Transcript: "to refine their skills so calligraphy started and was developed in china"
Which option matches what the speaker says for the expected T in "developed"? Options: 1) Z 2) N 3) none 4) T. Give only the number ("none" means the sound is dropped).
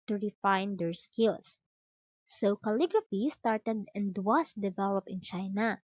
3